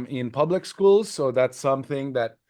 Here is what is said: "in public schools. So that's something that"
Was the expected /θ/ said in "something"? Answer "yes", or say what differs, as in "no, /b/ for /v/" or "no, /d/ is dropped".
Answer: yes